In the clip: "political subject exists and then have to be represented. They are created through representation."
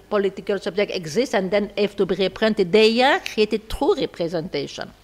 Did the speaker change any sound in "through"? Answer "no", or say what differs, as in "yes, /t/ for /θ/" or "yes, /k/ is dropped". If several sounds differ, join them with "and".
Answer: yes, /t/ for /θ/